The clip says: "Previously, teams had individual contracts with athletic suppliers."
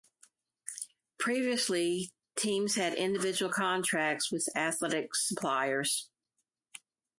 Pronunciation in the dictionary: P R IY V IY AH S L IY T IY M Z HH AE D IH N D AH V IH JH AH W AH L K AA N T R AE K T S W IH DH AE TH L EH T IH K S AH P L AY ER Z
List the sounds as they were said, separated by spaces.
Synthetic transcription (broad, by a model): P R IY V IY AH S L IY T IY M Z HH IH D IH N D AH V IH JH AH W L K AA N T R AE K T S W IH DH AE TH L EH T IH K S AH P L AY ER Z